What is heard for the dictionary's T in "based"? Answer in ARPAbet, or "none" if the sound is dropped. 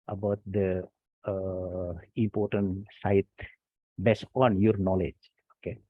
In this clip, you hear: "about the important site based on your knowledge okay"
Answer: none